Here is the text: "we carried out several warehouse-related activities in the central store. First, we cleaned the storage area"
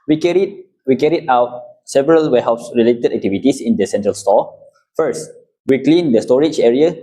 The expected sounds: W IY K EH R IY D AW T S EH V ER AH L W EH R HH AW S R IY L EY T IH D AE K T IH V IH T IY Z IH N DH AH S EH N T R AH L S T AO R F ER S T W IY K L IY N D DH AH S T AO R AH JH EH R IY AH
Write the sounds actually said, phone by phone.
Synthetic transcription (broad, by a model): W IY K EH R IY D AW T S EH V ER AH L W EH HH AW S R IY L EY T IH D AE K T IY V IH T IY S IH N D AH S EH N T R AH L S T AO F ER S T W IY K L IY N D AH S T AO R AH JH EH R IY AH